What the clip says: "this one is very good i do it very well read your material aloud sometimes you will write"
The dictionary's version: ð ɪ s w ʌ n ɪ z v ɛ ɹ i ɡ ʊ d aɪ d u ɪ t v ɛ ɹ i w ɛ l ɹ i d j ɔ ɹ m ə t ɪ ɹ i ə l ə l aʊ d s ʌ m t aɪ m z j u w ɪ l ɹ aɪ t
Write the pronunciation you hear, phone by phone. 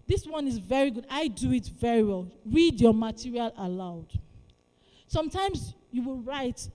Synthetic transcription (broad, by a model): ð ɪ s w ʌ n ɪ z v ɛ ɹ i ɡ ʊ d aɪ d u ɪ t v ɛ ɹ i w ɛ l ɹ i d j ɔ m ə t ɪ ɹ i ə l ə l aʊ d s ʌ m t aɪ m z j u w ɪ l ɹ aɪ t